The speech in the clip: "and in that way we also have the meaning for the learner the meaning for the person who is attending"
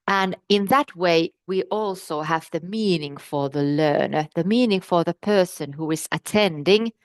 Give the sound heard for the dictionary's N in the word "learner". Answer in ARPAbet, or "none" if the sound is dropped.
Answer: N